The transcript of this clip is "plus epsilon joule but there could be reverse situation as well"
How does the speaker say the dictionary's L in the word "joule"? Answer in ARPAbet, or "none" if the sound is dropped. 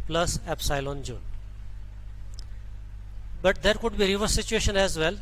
N